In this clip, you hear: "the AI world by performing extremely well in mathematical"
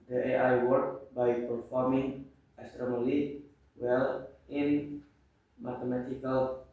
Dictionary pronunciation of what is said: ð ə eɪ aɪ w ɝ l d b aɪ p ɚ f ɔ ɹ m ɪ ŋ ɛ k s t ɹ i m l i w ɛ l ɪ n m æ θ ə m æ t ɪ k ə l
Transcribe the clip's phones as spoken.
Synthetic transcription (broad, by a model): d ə eɪ aɪ w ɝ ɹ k b aɪ p ɚ f ɔ ɹ m ɪ ŋ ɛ s t ɹ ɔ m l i w ɛ l ɪ n m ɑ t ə m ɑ t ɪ k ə l